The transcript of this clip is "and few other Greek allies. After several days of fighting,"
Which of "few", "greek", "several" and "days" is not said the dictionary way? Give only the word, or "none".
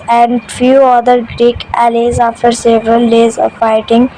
none